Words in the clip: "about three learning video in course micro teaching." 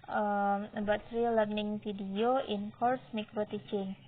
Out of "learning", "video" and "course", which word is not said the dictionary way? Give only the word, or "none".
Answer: video